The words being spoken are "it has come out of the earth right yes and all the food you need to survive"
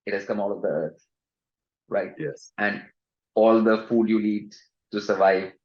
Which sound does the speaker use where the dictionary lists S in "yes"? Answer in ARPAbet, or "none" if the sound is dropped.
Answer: S